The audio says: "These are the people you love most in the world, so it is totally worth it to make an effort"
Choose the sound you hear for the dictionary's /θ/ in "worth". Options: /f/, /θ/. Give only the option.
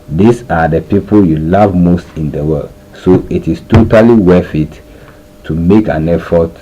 /f/